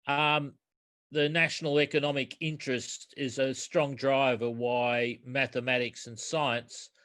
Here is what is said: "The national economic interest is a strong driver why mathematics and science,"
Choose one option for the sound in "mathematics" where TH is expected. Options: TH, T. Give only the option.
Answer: TH